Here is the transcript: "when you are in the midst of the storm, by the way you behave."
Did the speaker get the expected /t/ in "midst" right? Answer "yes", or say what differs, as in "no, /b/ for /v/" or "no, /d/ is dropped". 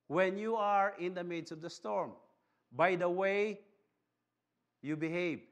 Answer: no, /t/ is dropped